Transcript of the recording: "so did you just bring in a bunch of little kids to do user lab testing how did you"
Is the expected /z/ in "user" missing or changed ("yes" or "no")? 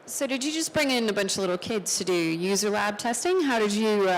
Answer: no